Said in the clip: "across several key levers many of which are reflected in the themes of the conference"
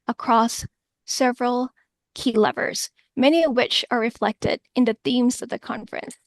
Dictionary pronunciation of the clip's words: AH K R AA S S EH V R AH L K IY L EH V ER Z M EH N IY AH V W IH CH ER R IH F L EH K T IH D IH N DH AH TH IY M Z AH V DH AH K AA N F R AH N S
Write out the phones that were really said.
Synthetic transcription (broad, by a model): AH K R AA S S EH V R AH L K IY L EH V ER Z M EH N IY AH V W IH CH ER R IH F L EH K T IH D IH N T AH TH IY M Z AH V DH AH K AA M F R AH N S